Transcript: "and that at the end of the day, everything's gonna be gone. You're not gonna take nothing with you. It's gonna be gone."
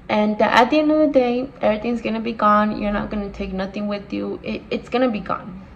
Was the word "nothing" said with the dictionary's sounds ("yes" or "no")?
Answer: yes